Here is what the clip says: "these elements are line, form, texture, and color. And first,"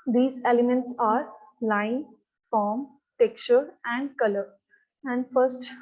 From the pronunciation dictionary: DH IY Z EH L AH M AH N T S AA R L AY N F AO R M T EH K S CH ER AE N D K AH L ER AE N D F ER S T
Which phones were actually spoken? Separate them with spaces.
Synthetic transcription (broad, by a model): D IY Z EH L AH M AH N T S AA R L AY N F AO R M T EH K CH ER AE N D K AH L ER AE N D F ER S T